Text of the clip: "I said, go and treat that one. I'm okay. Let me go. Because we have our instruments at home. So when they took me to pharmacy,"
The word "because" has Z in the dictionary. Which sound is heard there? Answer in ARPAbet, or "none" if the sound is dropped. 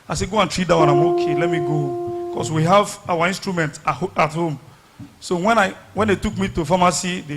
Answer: S